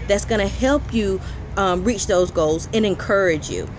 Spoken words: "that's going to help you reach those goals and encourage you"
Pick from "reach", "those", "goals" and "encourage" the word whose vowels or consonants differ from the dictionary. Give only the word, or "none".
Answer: none